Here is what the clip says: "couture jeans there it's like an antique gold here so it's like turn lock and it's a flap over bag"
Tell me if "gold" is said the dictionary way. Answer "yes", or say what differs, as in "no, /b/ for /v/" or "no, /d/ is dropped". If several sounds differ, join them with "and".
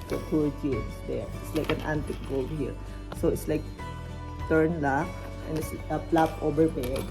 no, /l/ is dropped